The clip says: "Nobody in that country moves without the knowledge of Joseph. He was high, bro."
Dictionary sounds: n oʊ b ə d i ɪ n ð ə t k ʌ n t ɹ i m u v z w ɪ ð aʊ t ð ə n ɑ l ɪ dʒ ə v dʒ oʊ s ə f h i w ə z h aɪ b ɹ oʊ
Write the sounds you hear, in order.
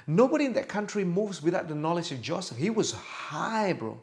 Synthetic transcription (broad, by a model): n oʊ b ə d i ɪ n ð ə t k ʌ n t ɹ i m u v z w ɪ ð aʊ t ð ə n ɑ l ɪ dʒ ə v dʒ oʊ s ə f h i w ə z h aɪ b ɹ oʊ